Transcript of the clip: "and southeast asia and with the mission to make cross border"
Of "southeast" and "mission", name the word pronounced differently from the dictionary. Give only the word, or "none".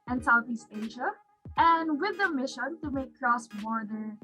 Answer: none